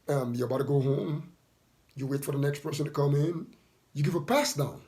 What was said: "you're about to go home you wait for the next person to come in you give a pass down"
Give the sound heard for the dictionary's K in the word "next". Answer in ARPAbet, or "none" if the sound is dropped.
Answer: K